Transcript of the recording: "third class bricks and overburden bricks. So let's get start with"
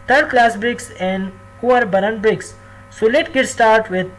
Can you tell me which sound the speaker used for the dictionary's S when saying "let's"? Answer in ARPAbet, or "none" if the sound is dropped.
none